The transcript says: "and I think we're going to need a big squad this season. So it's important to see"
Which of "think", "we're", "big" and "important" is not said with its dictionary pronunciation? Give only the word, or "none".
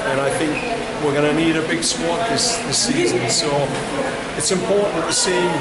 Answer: important